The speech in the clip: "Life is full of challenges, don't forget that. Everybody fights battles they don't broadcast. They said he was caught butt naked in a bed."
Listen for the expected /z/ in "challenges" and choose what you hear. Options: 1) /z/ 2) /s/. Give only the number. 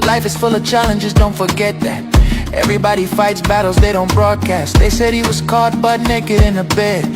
1